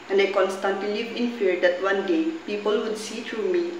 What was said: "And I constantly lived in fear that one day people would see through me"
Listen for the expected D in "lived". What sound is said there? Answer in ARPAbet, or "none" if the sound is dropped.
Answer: none